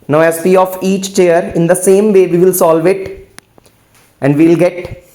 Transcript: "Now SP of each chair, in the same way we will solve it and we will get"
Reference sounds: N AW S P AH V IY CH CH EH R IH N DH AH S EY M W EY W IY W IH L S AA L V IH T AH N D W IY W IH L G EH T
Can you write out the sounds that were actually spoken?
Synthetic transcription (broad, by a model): N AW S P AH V IY CH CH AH R IH N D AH S EY M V EY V IY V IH L S AA L V IH T AH N D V IY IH L G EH T